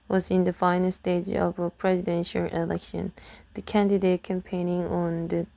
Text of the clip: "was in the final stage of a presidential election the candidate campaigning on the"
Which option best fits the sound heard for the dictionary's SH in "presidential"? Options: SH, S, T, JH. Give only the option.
SH